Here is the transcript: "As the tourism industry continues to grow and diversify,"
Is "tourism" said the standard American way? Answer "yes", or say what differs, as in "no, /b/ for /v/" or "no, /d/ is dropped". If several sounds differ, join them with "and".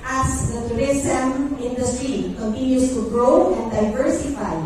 no, /s/ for /z/